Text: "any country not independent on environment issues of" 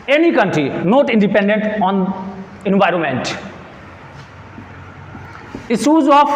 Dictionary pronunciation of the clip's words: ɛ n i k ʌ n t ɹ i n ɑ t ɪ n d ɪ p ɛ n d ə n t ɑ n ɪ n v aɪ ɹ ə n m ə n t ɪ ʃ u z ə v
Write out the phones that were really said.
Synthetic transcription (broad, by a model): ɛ n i k ʌ n t ɹ i n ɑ t ɪ n d ɪ p ɛ n d ə n t ɑ n ɪ n v aɪ ɹ ə n m ə n t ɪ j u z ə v